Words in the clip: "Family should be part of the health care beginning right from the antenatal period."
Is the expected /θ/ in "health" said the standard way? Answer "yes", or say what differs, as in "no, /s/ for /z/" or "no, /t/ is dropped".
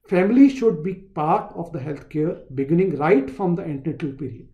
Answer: no, /t/ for /θ/